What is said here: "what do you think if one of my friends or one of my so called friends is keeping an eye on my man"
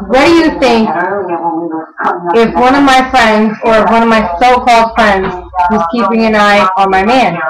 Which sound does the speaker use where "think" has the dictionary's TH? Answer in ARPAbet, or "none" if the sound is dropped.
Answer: TH